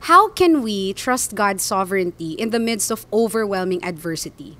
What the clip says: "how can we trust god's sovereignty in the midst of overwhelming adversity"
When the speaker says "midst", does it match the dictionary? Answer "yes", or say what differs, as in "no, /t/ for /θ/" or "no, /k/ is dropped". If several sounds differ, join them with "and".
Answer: yes